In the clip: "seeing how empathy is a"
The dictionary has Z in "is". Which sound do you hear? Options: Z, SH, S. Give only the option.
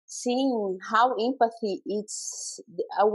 S